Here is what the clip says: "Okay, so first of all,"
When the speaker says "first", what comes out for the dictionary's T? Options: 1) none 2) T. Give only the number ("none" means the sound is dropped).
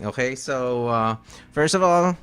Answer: 2